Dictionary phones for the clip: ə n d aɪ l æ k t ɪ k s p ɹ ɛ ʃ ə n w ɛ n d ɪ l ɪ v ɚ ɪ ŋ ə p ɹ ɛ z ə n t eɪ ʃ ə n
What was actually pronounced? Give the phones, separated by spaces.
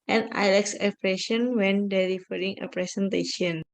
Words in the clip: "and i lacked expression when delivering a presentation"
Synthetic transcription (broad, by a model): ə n aɪ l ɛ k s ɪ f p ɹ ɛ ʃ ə n w ɛ n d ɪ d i f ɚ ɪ ŋ ə p ɹ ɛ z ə n t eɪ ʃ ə n